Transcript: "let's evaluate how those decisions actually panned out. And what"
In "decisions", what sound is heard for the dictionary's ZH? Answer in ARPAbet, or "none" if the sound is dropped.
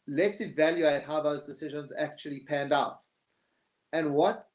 ZH